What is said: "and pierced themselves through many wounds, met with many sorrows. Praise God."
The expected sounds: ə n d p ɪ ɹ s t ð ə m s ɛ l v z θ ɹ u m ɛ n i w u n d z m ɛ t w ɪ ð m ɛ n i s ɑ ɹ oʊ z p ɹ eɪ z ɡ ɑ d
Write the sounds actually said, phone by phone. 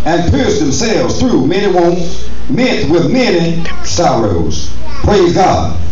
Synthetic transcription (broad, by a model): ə n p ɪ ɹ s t ð ə m s ɛ l v z θ ɹ u m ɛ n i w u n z m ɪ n w ɪ ð m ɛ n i s ɑ ɹ oʊ z p ɹ eɪ z ɡ ɑ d